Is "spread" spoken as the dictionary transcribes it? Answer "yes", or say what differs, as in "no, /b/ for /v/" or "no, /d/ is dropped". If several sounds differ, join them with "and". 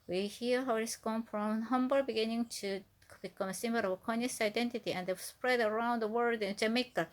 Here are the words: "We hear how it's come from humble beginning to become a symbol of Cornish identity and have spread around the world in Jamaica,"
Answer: yes